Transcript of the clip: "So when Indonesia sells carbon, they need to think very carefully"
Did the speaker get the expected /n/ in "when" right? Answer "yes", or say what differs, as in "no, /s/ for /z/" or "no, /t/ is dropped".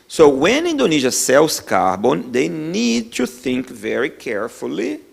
yes